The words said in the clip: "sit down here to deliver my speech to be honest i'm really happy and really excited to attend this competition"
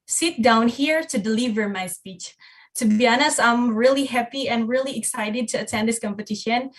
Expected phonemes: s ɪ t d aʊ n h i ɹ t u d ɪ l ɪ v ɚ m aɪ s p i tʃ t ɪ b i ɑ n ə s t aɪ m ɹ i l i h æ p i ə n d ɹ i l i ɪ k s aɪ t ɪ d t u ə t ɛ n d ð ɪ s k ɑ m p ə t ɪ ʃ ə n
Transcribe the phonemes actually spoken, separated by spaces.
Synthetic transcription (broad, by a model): s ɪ t d aʊ n h i ɹ t u d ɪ l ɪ v ɚ m aɪ s p i tʃ t ɪ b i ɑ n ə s aɪ m ɹ i l i h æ p i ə n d ɹ i l i ɪ k s aɪ t ɪ d t u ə t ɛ n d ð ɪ s k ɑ m p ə t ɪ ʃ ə n